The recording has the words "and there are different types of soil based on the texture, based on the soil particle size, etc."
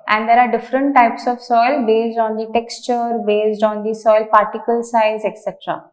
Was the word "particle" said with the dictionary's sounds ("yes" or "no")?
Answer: yes